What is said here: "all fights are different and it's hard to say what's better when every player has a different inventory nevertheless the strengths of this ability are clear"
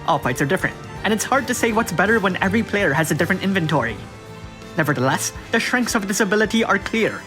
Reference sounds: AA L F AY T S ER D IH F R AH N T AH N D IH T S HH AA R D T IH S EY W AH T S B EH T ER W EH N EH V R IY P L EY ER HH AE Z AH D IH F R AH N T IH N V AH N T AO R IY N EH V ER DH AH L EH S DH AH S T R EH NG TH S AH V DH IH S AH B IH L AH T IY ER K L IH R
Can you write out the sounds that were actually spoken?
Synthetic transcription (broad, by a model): AA L P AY T S ER D IH F R AH N T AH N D IH T S HH AA R D T IH S EY W AH T S B EH T ER W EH N EH V R IY P L EY ER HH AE Z AH D IH F R AH N T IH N V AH N T AO R IY N EH V ER DH AH L EH S DH AH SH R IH NG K S AH V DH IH S AH B IH L AH T IY ER K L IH R